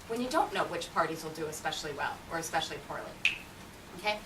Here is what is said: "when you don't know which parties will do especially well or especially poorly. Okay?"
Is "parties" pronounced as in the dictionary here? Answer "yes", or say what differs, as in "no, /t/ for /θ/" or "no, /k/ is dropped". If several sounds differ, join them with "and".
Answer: yes